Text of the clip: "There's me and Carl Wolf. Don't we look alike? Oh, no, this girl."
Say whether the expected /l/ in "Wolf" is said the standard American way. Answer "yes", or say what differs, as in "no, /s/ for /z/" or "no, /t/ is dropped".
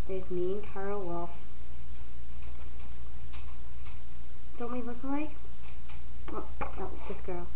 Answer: no, /l/ is dropped